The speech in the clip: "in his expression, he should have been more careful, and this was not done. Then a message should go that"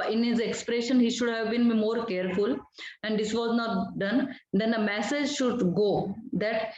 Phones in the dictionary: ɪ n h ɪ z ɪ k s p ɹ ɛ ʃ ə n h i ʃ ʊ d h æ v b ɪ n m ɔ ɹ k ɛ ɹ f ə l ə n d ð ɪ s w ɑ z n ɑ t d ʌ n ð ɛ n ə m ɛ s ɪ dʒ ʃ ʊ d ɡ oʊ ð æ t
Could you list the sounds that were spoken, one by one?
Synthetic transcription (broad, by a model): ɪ n h ɪ z ɪ k s p ɹ ɛ ʃ ə n h i ʃ ʊ d h æ v b ɪ n m ɔ ɹ k ɛ ɹ f ə l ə n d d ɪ s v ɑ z n ɑ t d ʌ n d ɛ n ə m ɛ s ɪ dʒ ʃ ʊ d ɡ oʊ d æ t